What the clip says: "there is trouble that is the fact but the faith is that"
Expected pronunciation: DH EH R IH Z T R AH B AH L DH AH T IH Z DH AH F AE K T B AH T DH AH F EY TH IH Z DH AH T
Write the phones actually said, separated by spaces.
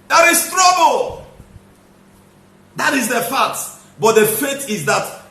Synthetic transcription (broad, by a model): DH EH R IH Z T R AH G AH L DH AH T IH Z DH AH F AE T B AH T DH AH F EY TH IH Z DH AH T